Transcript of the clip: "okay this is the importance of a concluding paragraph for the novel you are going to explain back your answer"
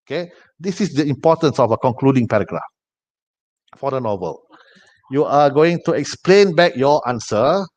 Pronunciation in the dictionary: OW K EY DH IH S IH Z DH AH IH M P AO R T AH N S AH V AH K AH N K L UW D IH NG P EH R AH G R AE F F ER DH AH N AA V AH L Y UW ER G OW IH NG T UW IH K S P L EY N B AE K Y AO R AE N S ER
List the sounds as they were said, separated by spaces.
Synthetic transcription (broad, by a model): OW K EY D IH S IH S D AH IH M P AO T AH N S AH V AH K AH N K L UW D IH NG P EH R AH G R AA F F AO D AH N AA V AH L Y UW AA G OW IH NG T UW IH K S P L EY N B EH K Y AO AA N S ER